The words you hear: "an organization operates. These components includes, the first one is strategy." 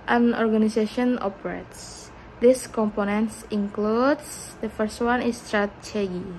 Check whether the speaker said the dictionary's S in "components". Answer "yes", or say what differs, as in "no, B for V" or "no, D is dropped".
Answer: yes